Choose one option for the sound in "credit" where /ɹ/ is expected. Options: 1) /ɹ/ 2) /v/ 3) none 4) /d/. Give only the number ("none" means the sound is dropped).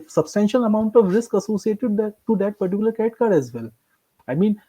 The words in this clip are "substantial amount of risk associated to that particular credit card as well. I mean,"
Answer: 3